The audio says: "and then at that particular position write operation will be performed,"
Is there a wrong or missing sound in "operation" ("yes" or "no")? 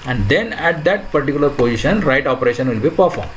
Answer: no